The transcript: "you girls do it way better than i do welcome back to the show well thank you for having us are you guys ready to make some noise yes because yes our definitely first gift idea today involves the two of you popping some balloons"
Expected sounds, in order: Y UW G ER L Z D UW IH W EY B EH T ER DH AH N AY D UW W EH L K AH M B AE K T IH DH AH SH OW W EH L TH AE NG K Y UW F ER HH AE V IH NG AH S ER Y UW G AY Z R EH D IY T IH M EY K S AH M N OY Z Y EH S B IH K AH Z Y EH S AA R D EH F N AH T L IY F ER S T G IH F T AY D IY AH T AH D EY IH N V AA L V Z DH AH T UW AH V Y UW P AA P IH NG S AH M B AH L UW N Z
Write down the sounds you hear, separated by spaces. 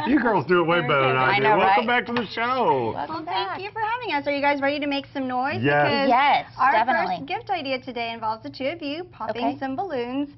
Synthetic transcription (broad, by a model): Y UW G ER L Z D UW IH W EY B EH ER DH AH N AY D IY W EH L K AH M B AE K T IH DH AH SH OW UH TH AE K Y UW F ER HH AE V IH NG AH S ER Y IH G AY Z R EH D IY T IH M EY K S AH M N OY Z Y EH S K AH Z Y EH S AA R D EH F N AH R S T G IH F T AY D IY AH T AH D EY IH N V AA L V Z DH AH T UW AH V Y UW P AA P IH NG S AH M B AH L UW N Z